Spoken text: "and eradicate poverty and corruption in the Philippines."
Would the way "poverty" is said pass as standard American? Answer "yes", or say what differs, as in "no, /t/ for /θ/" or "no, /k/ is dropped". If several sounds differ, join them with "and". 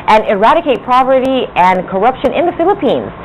no, /p/ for /v/